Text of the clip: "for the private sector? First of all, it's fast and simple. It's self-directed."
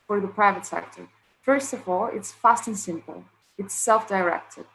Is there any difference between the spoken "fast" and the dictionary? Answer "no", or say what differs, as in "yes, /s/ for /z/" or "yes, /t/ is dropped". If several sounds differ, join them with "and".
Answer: no